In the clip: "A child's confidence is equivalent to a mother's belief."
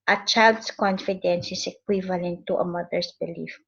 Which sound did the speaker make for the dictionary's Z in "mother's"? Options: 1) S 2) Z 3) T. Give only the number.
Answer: 1